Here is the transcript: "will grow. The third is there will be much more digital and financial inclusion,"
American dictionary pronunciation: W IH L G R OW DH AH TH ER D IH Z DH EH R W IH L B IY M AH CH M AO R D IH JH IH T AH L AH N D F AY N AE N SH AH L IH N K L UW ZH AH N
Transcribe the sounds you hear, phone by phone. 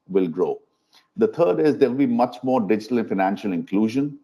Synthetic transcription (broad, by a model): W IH L G R OW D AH T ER D IH Z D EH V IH L B IY M AH CH M AO R D IH JH IH T AH L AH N F AY N AE N SH AH L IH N K L UW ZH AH N